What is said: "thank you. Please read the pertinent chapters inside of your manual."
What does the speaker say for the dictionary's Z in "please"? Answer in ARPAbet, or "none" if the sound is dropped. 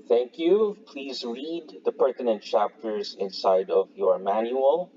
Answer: Z